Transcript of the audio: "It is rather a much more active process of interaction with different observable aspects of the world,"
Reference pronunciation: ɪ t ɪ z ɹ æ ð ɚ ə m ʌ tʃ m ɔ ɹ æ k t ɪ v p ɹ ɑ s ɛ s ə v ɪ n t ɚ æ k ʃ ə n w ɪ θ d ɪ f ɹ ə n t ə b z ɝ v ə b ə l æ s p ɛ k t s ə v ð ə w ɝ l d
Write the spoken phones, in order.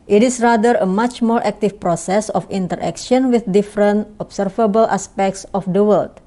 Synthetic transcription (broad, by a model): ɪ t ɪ s ɹ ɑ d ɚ ə m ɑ tʃ m ɔ ɹ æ k t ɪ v p ɹ ɑ s ɛ s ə f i n t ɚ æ k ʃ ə n w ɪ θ d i f ɹ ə n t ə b s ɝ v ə b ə l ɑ s p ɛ k t s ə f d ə w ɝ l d